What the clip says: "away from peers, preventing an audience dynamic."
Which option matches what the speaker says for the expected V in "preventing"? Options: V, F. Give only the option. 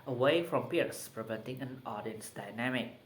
V